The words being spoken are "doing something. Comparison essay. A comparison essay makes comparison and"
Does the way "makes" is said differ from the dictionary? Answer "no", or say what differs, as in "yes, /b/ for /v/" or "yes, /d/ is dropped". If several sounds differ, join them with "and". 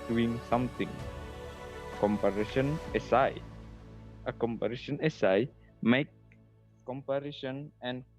yes, /s/ is dropped